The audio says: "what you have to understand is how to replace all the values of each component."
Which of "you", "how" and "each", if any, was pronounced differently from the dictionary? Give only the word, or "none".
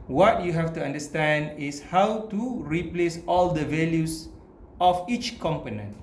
none